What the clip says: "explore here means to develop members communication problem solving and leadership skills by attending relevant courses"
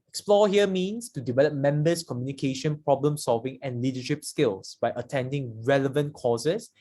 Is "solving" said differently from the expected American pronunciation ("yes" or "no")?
no